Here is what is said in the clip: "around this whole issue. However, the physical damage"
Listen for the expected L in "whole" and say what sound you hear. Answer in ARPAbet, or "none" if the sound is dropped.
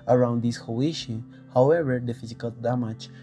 W